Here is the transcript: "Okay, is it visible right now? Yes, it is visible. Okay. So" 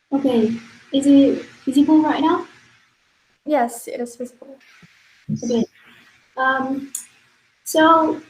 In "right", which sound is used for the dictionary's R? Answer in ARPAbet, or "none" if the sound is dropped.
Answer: R